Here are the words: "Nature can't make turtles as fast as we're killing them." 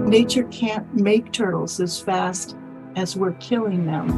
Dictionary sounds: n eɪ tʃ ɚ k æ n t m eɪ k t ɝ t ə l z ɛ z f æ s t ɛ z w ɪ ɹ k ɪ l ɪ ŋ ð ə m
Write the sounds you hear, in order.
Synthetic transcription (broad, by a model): n eɪ tʃ ɚ k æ n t m eɪ k t ɝ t l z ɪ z f æ s t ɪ z w ɪ ɹ k ɪ l ɪ ŋ ð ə m